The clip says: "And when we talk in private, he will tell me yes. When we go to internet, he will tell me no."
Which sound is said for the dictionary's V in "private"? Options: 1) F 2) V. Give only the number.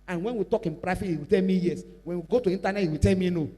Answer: 1